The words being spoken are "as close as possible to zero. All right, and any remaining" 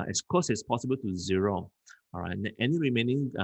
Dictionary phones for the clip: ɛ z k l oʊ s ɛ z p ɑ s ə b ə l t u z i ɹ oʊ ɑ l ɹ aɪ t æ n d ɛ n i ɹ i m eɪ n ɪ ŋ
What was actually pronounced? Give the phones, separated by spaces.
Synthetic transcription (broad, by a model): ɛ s k oʊ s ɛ s p ɑ s ə b ə l t u z i ɹ oʊ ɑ ɹ aɪ t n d ɛ n i ɹ i m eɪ n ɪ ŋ